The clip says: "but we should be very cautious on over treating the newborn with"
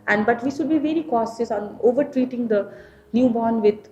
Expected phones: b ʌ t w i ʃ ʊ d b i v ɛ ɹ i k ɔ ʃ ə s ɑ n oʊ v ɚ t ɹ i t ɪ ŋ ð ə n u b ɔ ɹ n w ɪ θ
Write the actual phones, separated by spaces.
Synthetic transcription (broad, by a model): b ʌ t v i ʃ ʊ d b i v ɛ ɹ i k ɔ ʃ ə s ɑ n oʊ v ɚ t ɹ i t ɪ ŋ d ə n u b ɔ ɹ n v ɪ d